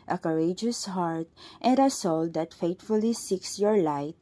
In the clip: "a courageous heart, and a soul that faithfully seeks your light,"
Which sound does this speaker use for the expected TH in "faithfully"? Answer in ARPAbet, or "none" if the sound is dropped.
T